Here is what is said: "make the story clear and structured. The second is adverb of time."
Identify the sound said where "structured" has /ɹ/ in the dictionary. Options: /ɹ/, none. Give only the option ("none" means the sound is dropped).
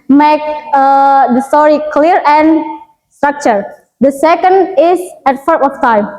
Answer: /ɹ/